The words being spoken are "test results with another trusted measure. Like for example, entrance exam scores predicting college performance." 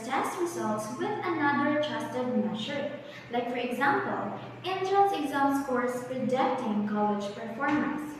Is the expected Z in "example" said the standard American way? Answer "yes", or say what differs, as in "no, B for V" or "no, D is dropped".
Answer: yes